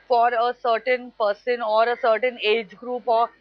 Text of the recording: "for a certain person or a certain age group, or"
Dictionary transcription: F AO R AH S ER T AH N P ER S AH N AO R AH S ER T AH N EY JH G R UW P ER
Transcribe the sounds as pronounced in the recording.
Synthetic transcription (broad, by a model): F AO R AH S ER T AH N P ER S AH N AO R AH S ER T AH N EY JH G R UW P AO